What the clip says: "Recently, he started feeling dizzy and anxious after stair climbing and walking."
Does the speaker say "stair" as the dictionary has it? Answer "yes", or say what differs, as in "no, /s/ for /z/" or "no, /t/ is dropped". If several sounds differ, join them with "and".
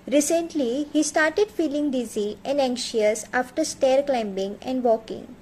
yes